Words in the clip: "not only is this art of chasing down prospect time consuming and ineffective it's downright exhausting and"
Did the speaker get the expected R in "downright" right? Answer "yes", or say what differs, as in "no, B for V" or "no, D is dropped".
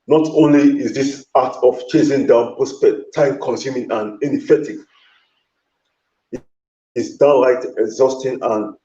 no, L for R